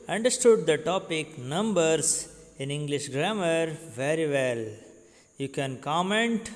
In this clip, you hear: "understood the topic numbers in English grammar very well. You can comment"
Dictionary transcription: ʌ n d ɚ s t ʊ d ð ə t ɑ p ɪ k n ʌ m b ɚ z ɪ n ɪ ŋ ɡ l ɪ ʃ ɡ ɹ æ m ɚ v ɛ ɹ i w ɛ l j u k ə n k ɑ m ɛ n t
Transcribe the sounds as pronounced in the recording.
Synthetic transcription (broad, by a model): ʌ n d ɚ s t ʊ d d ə t ɑ p ɪ k n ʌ m b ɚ s ɪ n ɪ ŋ ɡ l ɪ ʃ ɡ ɹ æ m ɚ v ɛ ɹ i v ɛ l j u k ə n k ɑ m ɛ n t